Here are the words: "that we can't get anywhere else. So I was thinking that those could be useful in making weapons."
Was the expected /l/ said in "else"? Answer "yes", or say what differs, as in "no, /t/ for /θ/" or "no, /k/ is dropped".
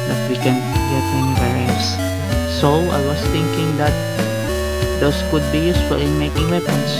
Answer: no, /l/ is dropped